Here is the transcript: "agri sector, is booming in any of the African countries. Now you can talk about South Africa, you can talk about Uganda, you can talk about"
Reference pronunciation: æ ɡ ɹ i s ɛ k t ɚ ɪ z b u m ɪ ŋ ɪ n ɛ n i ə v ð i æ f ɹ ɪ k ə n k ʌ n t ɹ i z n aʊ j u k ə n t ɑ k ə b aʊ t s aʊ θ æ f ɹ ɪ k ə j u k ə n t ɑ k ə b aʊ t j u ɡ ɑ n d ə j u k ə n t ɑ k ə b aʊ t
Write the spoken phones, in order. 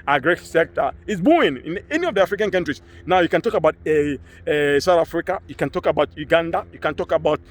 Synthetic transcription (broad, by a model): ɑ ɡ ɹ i s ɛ k t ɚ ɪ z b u ɪ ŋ ɪ n ɛ n i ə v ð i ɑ f ɹ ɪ k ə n k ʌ n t ɹ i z n aʊ j u k ə n t ɑ k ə b aʊ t s aʊ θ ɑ f ɹ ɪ k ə j u k ə n t ɑ k ə b aʊ t j u ɡ ɑ n d ə j u k ə n t ɑ k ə b aʊ t